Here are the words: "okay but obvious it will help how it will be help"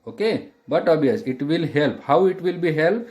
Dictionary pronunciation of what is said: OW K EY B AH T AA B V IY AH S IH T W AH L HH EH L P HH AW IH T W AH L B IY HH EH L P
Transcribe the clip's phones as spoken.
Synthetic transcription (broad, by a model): OW K EY B AH T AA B IY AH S IH T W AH L HH EH L P HH AW IH T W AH L B IY HH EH L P